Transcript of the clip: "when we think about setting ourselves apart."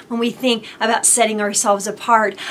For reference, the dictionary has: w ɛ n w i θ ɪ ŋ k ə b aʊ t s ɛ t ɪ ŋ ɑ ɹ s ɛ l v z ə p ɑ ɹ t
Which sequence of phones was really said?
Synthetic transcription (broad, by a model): w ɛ n w i θ ɪ ŋ k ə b aʊ t s ɛ t ɪ ŋ ɑ ɹ s ɛ l v z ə p ɑ ɹ t